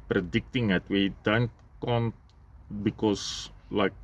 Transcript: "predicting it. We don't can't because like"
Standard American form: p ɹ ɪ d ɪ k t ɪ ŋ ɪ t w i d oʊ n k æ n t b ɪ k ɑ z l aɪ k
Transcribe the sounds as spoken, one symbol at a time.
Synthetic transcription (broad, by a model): p ɹ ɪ d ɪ k t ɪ ŋ ɪ t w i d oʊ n k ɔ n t b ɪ k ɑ s l aɪ k